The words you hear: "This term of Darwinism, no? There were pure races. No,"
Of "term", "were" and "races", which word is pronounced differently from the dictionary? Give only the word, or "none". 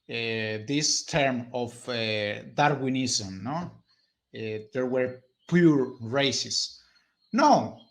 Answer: races